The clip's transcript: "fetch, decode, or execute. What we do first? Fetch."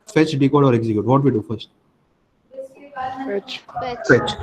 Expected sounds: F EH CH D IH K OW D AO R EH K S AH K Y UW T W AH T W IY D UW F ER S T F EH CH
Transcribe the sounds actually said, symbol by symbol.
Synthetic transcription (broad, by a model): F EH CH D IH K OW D AO R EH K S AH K Y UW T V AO T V IY D UW F ER S T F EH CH